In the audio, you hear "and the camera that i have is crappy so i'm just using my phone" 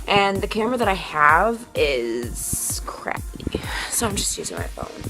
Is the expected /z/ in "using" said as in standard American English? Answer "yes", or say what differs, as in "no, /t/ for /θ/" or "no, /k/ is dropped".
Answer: yes